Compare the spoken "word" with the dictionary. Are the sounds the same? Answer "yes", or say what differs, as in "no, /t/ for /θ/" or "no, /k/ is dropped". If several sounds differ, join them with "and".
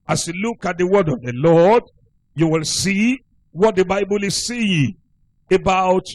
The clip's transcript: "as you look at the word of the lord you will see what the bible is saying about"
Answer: yes